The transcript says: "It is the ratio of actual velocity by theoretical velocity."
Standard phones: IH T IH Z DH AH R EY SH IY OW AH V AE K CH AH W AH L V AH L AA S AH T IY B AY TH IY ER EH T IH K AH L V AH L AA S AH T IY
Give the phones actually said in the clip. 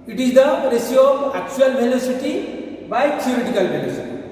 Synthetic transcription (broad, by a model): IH T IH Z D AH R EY S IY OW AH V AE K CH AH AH L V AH L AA S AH T IY B AY T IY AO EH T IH K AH L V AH L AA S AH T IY